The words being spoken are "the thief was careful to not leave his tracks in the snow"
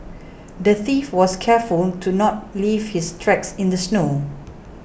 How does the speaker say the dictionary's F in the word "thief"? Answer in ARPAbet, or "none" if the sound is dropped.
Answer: F